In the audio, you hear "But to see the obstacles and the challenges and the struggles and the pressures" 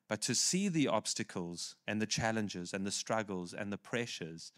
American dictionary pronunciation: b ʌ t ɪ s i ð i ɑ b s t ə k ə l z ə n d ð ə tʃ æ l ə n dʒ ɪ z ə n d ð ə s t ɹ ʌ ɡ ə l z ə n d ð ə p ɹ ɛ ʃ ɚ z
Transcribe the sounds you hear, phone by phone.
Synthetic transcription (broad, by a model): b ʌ t ɪ s i ð i ɑ b s t ə k ə l z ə n ð ə tʃ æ l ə n dʒ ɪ z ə n ð ə s t ɹ ʌ ɡ ə l z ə n ð ə p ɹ ɛ ʃ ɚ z